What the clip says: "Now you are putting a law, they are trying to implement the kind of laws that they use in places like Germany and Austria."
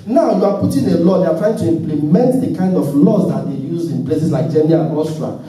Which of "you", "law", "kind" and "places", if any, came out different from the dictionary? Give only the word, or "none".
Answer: places